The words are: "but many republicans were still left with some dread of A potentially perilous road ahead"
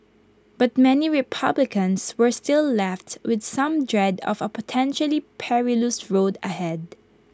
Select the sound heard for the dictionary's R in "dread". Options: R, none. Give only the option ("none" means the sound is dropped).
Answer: R